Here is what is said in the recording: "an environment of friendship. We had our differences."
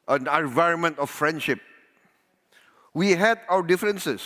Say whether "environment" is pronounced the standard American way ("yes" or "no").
yes